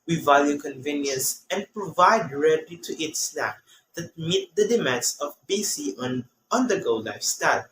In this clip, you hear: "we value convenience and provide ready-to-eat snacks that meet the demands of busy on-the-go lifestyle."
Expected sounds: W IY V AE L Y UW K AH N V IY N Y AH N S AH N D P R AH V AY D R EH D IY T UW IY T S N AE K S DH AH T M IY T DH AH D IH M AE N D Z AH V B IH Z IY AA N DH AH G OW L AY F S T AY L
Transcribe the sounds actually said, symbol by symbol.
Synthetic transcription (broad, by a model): W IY V AE L Y UW K AH N V IY N Y AH N S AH N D P R AH V AY D R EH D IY T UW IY T S L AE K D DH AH T M IY T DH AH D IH M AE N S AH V B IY S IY AA N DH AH G OW L AY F S T AY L